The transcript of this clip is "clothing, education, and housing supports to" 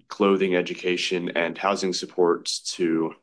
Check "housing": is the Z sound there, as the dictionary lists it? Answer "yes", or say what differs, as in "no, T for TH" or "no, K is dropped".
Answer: yes